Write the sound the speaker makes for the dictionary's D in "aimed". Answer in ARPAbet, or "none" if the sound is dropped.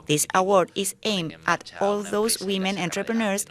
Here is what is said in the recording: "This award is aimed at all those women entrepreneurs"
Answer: none